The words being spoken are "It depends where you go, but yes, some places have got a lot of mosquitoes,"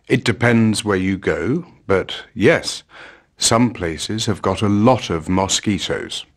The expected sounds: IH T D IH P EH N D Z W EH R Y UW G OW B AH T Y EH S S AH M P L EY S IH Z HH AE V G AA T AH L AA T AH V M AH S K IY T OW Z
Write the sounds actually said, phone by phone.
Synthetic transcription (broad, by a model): IH T D IH P EH N D Z W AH R Y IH G OW B AH T Y EH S S AH M P L EY S IH Z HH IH V G AA T AH L AA T AH V M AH S K IY T OW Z